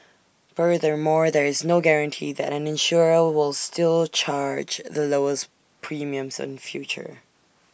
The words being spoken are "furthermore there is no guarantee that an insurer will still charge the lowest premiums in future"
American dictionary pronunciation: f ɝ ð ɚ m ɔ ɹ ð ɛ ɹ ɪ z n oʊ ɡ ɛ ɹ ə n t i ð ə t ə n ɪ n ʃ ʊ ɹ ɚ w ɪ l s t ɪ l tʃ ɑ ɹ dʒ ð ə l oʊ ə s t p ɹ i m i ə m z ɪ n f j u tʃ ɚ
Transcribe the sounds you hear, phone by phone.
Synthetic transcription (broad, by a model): f ɝ ð ɚ m ɔ ɹ ð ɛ ɹ ɪ z n oʊ ɡ ɛ ɹ ə n t i ð ə t ə n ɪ n ʃ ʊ ɹ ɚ w ɪ l s t ɪ l tʃ ɑ ɹ dʒ ð ə l oʊ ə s p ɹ i m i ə m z ɪ n f j u tʃ ɚ